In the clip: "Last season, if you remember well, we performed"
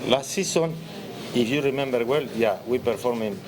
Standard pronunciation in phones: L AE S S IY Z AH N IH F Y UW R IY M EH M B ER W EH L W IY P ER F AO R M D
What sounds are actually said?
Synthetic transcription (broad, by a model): L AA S S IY S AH N IH F Y UW R IY M EH M B ER W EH L W IY P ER F AO R M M